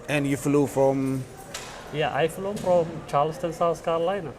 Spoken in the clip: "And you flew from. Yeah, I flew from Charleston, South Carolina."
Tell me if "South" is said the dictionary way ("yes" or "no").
no